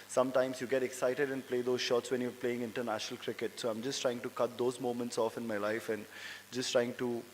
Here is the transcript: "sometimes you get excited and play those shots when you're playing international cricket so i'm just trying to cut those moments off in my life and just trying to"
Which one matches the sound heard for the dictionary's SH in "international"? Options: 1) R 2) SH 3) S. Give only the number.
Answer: 2